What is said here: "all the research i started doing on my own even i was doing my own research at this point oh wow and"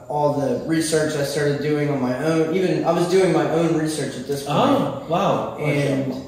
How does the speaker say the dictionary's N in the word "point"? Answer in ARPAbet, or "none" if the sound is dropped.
none